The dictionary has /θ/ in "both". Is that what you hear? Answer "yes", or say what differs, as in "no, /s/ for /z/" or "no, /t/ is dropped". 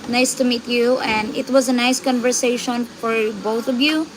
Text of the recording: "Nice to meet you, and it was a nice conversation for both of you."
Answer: no, /t/ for /θ/